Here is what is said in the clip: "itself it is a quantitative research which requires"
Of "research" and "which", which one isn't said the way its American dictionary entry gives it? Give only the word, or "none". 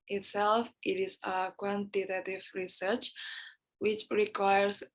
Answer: none